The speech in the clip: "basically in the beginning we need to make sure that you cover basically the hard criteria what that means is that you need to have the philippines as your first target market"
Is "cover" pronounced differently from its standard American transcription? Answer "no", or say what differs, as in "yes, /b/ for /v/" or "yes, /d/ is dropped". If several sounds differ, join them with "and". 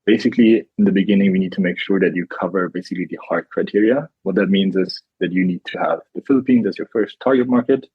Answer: no